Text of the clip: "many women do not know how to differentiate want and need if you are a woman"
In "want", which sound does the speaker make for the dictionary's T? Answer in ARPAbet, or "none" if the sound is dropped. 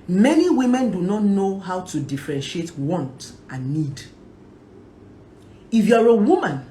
T